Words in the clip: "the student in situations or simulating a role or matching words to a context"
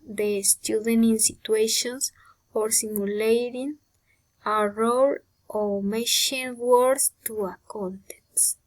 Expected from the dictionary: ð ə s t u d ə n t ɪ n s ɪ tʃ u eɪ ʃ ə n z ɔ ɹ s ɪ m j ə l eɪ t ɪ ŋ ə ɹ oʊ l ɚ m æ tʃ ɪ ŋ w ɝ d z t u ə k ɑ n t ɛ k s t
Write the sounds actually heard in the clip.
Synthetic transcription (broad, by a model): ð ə s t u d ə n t ɪ n s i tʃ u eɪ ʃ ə n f ɔ ɹ s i m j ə l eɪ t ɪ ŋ ə ɹ oʊ l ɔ m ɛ ʃ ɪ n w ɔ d s t u ə k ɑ n t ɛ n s